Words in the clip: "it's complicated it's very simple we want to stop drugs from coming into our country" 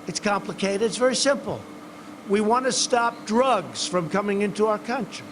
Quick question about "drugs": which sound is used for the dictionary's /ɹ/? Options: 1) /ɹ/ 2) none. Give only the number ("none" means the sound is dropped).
1